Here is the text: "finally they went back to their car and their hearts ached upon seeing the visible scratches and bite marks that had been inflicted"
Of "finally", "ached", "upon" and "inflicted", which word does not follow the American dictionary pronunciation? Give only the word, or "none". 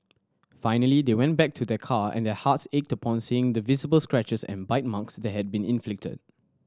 none